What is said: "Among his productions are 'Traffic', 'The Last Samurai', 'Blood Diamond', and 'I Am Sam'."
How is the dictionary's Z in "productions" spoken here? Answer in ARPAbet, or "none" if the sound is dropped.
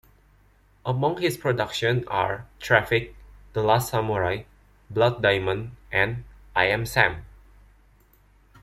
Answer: none